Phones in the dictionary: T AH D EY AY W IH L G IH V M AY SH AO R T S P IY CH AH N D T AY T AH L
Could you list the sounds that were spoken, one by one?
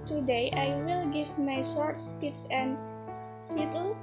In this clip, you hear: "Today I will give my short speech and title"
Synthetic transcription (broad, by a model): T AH D EY AY W IH L G IH V M AY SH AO R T S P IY S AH N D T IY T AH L